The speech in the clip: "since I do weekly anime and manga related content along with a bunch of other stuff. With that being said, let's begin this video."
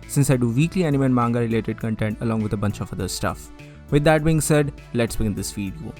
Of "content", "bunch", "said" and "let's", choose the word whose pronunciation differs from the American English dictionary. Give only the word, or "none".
none